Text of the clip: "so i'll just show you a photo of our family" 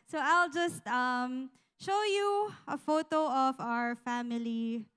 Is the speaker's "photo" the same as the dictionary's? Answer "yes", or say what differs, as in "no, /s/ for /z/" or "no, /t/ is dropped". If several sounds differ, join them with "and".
yes